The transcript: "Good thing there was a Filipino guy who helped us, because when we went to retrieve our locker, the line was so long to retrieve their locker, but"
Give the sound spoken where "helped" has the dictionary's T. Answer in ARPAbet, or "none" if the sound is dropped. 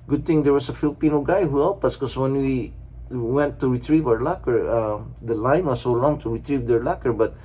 none